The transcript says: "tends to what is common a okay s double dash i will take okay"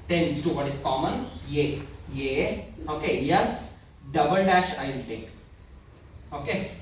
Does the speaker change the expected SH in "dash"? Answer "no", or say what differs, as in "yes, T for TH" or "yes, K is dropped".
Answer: no